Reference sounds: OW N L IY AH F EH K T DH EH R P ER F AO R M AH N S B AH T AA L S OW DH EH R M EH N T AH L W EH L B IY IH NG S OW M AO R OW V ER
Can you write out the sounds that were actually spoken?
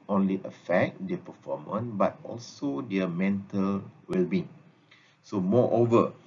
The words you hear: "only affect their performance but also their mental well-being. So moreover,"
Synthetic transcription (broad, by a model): OW N L IY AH F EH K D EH P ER F AO M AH N B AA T AA L S OW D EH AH M EH N T AH L W EH L B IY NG S OW M AO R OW V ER